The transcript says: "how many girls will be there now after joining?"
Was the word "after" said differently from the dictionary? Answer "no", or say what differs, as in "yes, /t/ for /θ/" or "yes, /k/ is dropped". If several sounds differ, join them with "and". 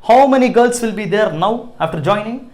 no